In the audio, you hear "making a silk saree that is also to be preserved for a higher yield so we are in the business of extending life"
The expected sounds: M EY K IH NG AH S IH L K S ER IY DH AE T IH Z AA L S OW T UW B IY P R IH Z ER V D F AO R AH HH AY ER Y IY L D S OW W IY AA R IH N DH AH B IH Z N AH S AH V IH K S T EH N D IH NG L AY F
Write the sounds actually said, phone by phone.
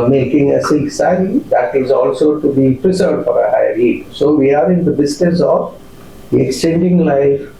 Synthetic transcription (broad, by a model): M EY K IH NG AH S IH K S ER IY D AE T IH Z AA L S OW T UW B IY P R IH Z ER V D F AO R AH HH AY ER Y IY D S OW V IY AA R IH N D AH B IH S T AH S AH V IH K S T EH N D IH NG L AY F